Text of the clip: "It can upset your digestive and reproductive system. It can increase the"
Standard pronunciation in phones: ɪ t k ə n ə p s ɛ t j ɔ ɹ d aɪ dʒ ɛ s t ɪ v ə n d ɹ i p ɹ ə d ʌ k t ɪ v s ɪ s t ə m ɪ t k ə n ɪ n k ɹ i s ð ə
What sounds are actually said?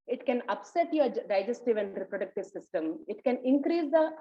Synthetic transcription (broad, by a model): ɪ t k ə n ə p s ɛ t j ɔ ɹ d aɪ dʒ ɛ s t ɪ v ə n d ɹ i p ɹ ə d ʌ k t ɪ v s ɪ s t ə m ɪ t k ə n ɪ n k ɹ i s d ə